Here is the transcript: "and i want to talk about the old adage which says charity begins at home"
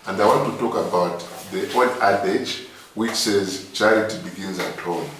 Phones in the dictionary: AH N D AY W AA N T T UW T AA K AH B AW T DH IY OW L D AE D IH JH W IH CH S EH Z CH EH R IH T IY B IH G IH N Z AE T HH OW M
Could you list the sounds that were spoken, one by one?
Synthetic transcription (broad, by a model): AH N D AY W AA N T T UW T AA K AH B AW T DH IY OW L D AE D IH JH W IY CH S EH Z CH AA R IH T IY B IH G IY N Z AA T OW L